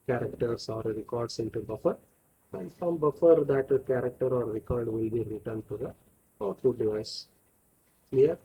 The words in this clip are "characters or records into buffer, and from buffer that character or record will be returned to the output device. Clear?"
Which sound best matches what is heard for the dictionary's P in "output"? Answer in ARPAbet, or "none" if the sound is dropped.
none